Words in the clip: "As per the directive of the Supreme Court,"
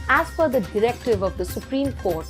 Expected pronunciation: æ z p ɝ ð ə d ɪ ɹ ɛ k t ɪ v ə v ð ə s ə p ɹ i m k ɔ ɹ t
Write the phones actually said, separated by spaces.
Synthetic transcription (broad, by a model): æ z f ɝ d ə d ɪ ɹ ɛ k t ɪ v ə v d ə s ə p ɹ i m k ɔ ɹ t